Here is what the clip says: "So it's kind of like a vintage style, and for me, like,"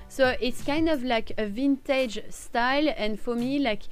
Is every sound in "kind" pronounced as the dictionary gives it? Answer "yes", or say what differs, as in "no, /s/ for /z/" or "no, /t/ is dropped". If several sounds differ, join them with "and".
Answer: yes